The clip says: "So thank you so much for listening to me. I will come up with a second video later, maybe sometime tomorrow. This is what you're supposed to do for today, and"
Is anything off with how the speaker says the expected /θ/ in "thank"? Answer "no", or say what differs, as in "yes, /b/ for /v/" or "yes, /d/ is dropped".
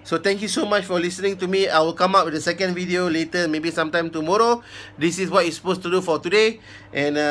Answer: yes, /t/ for /θ/